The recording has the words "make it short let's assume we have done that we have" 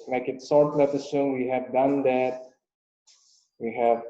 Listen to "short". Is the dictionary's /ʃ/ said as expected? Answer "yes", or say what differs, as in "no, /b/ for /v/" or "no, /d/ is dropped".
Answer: no, /s/ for /ʃ/